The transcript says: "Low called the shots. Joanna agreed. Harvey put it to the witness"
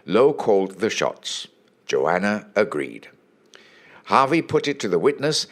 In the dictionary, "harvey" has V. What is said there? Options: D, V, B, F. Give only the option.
V